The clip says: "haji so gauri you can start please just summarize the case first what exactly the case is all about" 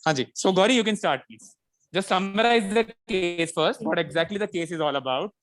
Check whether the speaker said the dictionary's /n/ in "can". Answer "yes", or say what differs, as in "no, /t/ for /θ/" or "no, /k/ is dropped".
yes